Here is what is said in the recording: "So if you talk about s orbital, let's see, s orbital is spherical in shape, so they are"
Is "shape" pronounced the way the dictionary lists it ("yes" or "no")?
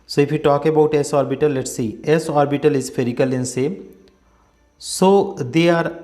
no